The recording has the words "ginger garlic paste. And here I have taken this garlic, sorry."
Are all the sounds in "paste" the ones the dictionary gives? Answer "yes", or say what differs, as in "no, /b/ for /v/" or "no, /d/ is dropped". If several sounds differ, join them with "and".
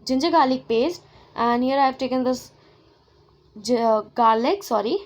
yes